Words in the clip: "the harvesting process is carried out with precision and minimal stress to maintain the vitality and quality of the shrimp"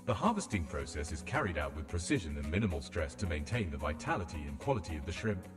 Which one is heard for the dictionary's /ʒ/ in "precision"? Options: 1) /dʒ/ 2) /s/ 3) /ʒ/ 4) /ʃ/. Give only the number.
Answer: 3